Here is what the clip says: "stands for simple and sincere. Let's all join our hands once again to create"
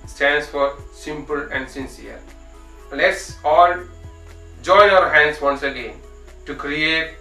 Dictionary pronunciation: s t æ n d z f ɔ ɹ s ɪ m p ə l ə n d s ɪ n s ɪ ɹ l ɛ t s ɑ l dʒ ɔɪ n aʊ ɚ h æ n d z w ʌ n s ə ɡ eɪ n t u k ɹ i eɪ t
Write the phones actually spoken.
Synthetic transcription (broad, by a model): s t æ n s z f ɔ ɹ s ɪ m p ə l ə n d s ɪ n s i ɹ l ɛ t s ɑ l dʒ ɔɪ aʊ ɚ h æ n d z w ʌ n s ə ɡ eɪ n t u k ɹ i eɪ t